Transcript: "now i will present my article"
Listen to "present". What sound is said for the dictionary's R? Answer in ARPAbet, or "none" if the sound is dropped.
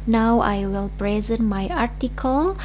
R